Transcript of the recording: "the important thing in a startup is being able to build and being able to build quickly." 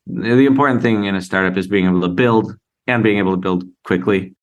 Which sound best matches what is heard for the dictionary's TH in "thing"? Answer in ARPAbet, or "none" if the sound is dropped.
TH